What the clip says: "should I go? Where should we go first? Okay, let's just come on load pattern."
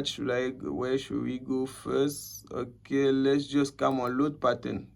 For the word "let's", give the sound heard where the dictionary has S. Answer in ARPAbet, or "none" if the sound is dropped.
S